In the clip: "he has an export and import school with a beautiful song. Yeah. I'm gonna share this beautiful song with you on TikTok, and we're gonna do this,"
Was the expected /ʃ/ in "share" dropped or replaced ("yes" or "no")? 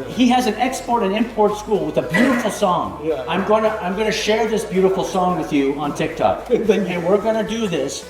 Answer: no